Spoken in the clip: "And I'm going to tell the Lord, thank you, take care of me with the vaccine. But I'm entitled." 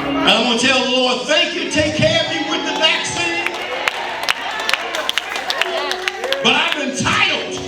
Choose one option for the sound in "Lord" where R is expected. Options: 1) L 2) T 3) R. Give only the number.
3